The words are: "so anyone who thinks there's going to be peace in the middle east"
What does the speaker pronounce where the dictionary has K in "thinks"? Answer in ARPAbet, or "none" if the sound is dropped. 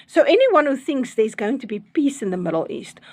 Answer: K